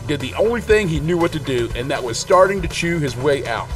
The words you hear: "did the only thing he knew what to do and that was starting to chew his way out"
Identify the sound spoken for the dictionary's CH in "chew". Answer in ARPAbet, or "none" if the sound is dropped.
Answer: CH